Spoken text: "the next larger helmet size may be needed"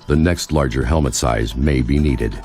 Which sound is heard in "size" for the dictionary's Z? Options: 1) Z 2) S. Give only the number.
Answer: 1